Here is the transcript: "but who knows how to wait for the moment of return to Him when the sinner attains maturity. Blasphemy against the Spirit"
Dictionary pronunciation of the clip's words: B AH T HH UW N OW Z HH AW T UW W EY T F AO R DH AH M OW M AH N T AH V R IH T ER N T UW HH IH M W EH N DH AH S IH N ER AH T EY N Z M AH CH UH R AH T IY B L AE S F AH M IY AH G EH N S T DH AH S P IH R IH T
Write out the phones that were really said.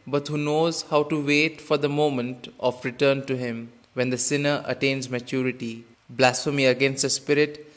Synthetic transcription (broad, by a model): B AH T HH UW N OW Z HH AW T UW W EY T F AO R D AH M OW M AH N T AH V R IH T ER N T UW HH IH M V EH N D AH S IH N ER AH T EY N Z M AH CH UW R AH T IY B L AE S F AH M IY AH G EH N S T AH S P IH R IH T